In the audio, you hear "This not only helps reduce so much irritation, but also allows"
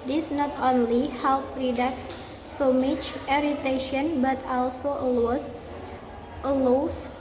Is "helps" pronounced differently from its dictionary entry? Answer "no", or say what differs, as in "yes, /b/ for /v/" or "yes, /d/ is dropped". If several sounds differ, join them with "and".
yes, /s/ is dropped